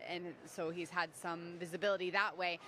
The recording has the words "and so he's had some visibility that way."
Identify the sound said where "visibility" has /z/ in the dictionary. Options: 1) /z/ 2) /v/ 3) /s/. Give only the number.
1